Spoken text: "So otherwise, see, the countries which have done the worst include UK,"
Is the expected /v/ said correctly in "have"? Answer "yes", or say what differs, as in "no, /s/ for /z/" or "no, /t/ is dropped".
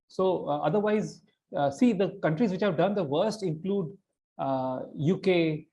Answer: yes